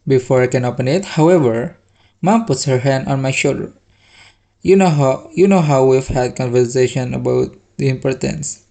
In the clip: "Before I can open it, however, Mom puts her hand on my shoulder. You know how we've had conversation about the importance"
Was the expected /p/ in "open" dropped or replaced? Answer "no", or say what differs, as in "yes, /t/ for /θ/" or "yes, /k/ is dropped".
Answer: no